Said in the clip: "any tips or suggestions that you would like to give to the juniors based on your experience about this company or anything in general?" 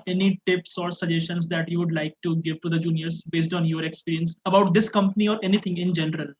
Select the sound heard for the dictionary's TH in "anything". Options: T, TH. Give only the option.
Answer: T